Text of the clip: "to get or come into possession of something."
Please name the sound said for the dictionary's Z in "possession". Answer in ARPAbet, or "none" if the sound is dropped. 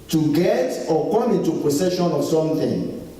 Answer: S